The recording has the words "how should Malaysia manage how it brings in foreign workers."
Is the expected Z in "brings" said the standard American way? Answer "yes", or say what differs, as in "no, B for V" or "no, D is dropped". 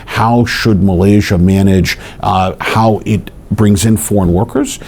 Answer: yes